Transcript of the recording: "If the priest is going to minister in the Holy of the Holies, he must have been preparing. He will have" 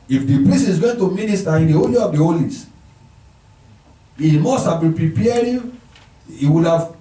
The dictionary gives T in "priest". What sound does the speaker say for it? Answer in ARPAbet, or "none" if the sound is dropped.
none